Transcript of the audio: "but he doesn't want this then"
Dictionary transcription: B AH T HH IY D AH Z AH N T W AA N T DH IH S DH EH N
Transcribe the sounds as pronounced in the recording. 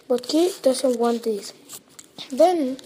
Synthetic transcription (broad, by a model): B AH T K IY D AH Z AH N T W AA N T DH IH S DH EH N